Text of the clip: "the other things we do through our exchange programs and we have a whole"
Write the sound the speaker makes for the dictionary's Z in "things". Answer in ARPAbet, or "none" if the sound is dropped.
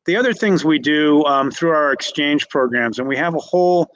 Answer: Z